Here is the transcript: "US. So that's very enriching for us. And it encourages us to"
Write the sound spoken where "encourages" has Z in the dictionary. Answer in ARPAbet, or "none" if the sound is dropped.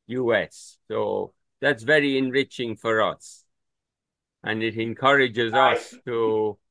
Z